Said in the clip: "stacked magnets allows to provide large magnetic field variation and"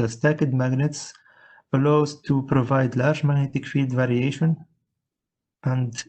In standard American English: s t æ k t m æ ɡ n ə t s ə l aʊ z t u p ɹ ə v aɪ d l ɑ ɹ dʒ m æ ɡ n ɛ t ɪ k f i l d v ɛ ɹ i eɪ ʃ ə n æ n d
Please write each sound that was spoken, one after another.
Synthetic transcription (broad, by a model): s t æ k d m æ ɡ n ə t s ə l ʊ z t u p ɹ ə v aɪ d l ɑ ɹ dʒ m æ ɡ n ɛ t ɪ k f i l d v ɛ ɹ i eɪ ʃ ə n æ n d